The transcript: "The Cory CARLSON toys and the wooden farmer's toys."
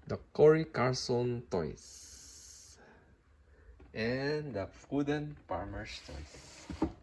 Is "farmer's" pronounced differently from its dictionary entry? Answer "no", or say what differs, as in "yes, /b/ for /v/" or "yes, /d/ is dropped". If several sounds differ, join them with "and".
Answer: yes, /s/ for /z/